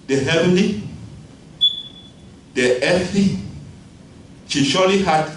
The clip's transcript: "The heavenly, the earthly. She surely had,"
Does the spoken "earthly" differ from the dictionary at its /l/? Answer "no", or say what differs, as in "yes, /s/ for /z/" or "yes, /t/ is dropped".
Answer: yes, /l/ is dropped